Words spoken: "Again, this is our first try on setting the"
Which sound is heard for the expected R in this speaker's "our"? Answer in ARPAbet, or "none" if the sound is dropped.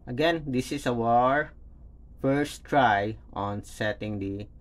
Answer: R